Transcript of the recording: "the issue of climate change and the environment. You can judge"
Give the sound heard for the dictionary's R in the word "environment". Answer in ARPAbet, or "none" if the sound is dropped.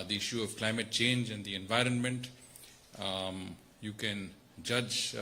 R